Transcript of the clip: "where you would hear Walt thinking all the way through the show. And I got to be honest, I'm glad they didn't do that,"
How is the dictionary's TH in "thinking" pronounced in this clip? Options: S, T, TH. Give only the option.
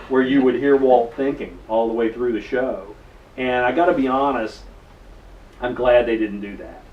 TH